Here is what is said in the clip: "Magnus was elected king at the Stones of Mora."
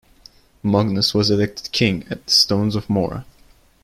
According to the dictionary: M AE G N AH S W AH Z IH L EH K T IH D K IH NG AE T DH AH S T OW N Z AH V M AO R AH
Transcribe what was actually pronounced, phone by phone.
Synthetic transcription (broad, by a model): M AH G N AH S W AH Z IH L EH K T IH D K IH NG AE T DH AH S T OW N Z AH V M AO R AH